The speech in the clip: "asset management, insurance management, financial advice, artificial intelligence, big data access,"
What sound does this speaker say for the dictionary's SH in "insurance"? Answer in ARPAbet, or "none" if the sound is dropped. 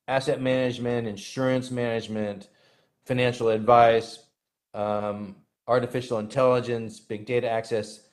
SH